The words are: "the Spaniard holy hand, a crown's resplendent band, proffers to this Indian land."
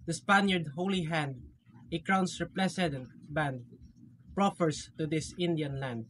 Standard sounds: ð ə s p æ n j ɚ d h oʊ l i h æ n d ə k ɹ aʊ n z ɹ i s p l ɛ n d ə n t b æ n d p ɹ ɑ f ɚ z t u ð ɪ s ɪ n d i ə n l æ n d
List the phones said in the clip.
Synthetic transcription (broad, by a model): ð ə s p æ n j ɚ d h oʊ l i h æ n d ə k ɹ aʊ n s ɹ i p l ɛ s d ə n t b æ n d p ɹ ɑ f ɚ s t u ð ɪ s ɪ n d i ə n l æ n d